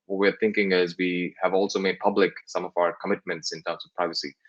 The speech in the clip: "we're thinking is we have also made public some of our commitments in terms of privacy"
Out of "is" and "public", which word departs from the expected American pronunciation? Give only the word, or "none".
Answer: none